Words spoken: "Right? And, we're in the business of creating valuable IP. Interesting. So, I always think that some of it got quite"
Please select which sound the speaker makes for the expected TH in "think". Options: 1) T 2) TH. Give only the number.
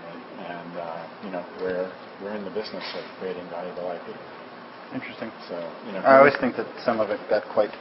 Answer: 2